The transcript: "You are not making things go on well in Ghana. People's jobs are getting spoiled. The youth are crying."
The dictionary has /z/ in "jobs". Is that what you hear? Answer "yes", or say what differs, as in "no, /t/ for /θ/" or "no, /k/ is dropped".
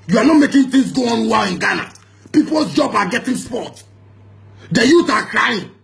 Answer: no, /z/ is dropped